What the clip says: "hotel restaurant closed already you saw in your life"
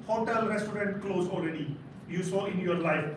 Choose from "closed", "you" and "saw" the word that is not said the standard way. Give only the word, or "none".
closed